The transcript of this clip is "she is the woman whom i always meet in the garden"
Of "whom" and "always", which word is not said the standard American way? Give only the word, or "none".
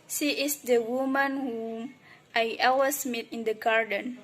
always